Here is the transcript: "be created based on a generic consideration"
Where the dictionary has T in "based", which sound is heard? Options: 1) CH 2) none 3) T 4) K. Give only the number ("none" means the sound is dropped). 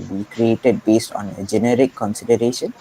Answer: 3